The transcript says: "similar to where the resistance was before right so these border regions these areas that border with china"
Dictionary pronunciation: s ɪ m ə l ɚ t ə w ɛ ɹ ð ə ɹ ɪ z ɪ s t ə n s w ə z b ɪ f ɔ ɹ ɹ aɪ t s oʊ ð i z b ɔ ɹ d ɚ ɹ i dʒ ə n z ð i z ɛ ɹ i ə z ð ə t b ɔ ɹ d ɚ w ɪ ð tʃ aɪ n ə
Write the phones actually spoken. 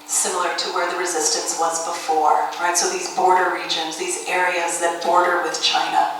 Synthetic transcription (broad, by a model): s ɪ m l ɚ t ə w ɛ ɹ ð ə ɹ ɪ z ɪ s t ə n s w ə z b ɪ f ɔ ɹ ɹ aɪ t s oʊ ð i z b ɔ ɹ d ɚ ɹ i dʒ ə n z ð i z ɛ ɹ i ə z ð ə t b ɔ ɹ d ɚ w ɪ ð tʃ aɪ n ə